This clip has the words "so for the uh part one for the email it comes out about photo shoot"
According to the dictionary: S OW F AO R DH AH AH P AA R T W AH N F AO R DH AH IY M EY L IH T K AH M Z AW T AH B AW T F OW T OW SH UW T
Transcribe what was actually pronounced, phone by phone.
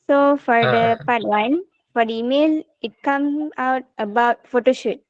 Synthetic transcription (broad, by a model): S OW F AO R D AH AH P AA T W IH N F AO R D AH IY M EY L IH T K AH M AW T AH B AW T F OW T OW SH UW T